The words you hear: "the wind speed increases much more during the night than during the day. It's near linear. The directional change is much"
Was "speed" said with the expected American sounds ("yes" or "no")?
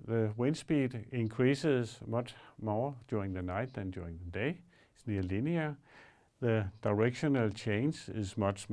no